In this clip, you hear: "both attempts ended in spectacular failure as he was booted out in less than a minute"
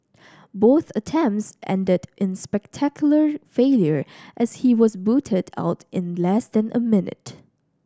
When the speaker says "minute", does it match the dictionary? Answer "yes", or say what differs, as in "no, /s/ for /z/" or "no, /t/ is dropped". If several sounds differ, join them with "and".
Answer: yes